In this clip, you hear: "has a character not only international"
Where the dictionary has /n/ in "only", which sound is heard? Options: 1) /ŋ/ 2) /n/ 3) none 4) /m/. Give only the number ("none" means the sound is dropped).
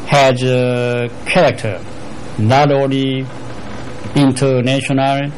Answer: 3